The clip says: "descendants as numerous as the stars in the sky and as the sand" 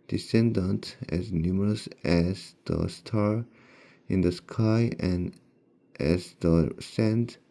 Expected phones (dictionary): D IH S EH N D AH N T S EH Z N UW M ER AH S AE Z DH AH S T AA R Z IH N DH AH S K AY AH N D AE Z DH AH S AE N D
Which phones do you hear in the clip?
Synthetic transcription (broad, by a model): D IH S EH N D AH N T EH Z N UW M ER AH S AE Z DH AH S T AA R IH N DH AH S K AY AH N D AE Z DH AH S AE N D